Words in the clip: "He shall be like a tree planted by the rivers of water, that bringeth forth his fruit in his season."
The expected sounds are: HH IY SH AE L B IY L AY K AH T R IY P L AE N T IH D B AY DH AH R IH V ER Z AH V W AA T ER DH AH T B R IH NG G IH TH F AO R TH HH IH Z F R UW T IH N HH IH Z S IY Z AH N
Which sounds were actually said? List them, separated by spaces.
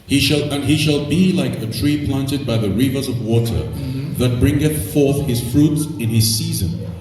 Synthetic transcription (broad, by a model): HH IY SH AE L B IY L AY K AH T R IY P L AE N T IH D B AY DH AH R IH V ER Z AH V W AA T ER DH AH T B R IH NG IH TH F AO R TH HH IH Z F R UW T IH N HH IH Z S IY Z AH N